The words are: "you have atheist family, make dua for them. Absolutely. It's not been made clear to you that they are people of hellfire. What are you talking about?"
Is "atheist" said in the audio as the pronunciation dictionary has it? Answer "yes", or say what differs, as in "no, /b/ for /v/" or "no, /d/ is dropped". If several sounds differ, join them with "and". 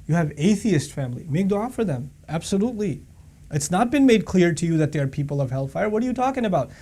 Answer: yes